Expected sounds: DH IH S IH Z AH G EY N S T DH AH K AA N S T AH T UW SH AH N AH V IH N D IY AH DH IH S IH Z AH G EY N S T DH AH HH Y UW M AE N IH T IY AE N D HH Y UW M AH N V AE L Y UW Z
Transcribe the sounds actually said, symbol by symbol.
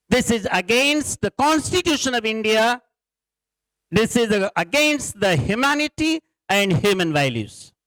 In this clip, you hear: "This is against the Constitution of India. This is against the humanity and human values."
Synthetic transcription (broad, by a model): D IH S IH Z AH G EY N S T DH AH K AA N S T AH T UW SH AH N AH V IH N D IY AH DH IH S IH Z AH G EY N S T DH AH HH Y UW M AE N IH T IY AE N D HH Y UW M AH N V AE L Y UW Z